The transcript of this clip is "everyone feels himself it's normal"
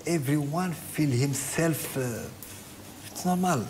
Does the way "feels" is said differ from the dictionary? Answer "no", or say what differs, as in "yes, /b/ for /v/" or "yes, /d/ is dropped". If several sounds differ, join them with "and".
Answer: yes, /z/ is dropped